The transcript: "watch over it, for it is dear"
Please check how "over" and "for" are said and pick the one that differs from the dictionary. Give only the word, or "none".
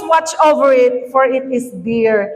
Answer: none